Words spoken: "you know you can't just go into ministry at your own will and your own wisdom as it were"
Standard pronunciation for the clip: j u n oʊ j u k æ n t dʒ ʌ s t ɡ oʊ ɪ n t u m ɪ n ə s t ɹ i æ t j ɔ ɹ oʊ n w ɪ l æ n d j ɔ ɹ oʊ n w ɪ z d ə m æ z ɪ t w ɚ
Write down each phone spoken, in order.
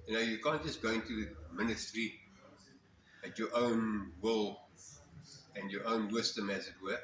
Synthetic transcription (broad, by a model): j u n oʊ j u k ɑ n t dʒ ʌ s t ɡ oʊ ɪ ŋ t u m ɪ n ə s t ɹ i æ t j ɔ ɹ oʊ n w ɪ l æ n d j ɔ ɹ oʊ n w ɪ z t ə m æ z ɪ t w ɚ